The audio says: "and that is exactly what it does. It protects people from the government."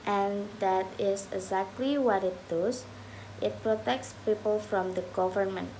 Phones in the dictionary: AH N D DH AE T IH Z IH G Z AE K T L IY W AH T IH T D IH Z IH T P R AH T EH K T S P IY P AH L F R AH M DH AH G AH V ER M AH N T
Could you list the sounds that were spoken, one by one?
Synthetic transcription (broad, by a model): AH N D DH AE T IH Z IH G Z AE K T L IY W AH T IH T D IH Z IH T P R AH T EH K T S P IY P AH L F R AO M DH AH G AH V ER M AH N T